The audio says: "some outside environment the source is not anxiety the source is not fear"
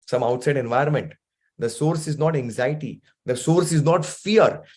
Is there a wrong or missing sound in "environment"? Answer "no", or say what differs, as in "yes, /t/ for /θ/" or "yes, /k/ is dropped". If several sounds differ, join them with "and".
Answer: yes, /ɹ/ is dropped